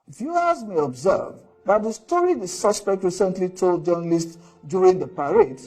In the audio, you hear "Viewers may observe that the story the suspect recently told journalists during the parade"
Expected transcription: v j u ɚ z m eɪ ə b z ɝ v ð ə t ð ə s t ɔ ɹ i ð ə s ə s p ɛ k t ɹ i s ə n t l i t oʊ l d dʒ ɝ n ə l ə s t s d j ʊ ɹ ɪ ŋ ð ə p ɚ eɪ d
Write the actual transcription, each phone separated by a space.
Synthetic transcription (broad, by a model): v j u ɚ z m eɪ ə b z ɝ v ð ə t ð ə s t ɔ ɹ i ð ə s ə s p ɛ k t ɹ i s ə n t l i t oʊ l d dʒ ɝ n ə l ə s t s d j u ɹ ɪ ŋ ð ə p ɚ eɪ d